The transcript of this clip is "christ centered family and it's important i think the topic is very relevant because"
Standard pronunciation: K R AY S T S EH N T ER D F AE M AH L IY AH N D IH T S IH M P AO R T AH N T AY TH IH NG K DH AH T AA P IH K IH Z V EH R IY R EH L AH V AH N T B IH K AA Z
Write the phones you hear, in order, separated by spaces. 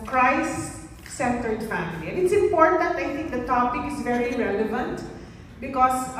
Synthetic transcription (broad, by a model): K R AY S S EH N T ER D F AE M AH L IY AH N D IH T S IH M P AO R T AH N T AY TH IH NG K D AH T AA P IH K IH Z V EH R IY R EH L AH V AH N T B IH K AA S